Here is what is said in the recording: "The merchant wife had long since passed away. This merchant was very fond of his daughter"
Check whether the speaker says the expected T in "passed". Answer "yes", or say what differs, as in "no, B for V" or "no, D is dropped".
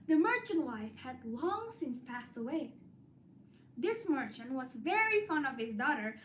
yes